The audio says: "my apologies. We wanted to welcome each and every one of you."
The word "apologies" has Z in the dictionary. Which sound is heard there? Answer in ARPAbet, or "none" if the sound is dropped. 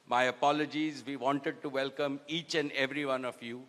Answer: Z